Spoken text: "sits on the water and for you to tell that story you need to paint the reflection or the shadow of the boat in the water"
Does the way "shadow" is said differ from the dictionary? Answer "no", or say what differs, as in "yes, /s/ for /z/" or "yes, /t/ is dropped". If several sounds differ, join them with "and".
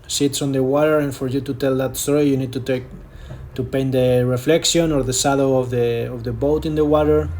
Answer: yes, /s/ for /ʃ/